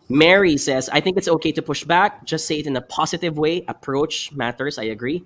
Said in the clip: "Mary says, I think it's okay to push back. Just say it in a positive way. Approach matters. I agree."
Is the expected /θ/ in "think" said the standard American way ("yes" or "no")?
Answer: yes